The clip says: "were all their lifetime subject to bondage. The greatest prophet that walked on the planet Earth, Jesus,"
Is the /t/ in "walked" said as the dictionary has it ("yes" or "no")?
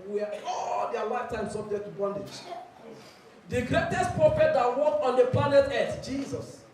no